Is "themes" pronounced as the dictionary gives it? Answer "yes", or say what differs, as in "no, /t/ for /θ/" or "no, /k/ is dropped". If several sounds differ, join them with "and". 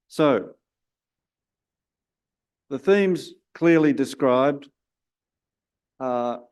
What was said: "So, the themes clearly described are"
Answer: yes